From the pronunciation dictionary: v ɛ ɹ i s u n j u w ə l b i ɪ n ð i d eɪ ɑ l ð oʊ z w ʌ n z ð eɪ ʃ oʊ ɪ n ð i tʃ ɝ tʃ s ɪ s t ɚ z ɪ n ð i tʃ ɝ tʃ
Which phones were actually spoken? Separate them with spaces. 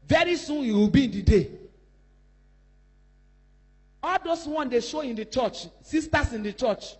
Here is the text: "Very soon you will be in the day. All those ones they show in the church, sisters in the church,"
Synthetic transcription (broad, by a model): v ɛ ɹ i s u n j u w ə l b i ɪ n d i d eɪ ɑ l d oʊ s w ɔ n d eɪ ʃ oʊ ɪ n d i tʃ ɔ tʃ s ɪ s t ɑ s ɪ n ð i tʃ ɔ tʃ